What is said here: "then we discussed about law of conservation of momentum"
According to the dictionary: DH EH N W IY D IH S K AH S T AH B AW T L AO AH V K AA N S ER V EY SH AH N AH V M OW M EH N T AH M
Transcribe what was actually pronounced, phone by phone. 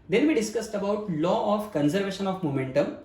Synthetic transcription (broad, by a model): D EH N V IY D IH S K AH S T AH B AW T L AO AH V K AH N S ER V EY SH AH N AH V M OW M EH N T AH M